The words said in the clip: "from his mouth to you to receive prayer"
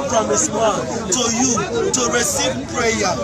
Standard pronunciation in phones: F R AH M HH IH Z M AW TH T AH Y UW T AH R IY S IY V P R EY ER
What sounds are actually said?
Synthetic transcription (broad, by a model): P R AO M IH S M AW T AH Y UW T AH R IY S IY V P R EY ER